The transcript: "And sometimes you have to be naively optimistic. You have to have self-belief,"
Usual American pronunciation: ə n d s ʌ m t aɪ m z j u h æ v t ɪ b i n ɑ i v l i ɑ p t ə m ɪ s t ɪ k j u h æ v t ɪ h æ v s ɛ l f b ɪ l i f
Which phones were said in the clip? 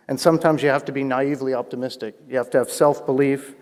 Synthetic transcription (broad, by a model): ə n s ʌ m t aɪ m z j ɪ h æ f t ɪ b i n ɑ i v l i ɑ p t ə m ɪ s t ɪ k j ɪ h æ f t ɪ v s ɛ l f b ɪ l i f